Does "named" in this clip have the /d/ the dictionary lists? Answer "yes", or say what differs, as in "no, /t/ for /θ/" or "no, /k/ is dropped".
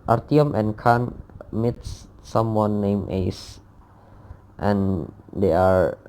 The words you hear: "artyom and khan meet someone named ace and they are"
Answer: no, /d/ is dropped